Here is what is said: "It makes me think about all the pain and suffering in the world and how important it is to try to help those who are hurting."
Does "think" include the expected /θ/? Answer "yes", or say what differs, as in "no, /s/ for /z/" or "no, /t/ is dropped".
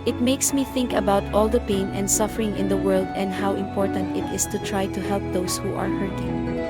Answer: yes